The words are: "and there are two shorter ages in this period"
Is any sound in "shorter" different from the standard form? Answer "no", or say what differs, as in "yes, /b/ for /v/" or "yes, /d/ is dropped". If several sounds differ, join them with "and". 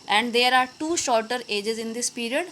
no